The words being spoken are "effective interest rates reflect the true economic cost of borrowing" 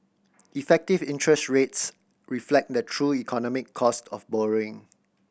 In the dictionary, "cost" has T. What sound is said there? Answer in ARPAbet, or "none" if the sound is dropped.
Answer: T